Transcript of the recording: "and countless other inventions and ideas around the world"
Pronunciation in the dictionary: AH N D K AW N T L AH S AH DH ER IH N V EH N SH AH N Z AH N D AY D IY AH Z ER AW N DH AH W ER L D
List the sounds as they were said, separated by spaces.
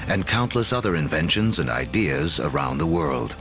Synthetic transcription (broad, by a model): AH N K AW N T L AH S AH DH ER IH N V EH N SH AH N Z AH N D AY D IY AH Z ER AW N DH AH W ER L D